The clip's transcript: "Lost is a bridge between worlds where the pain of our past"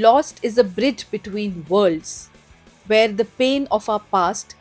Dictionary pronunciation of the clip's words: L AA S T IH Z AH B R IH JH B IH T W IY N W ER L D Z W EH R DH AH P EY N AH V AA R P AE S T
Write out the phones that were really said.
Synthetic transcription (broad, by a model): L AA S T IH Z AH B R IH JH B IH T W IY N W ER L D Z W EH R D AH P EY N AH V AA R P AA S T